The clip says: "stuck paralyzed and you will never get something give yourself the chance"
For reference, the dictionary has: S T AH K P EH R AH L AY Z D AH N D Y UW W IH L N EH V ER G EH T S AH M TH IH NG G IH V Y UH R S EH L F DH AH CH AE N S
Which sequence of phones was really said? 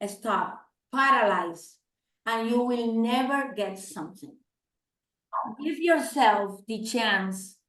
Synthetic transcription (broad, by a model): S T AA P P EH R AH L AY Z AH N Y UW W IH L N EH V ER G EH T S AH M TH IH NG G IH V Y UH R S EH L F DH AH CH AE N S